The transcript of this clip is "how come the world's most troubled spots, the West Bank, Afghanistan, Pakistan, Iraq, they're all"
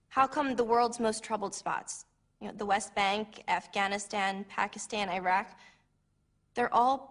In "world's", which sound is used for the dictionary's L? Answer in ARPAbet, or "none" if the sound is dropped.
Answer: L